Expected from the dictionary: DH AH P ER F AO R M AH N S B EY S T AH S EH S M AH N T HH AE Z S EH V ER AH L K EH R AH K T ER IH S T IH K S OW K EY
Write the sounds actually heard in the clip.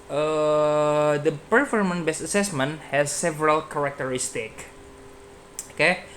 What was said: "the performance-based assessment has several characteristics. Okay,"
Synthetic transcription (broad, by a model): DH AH P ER F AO R M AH N B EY S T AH S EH S M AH N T HH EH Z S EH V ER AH L K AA R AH K T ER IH S T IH K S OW K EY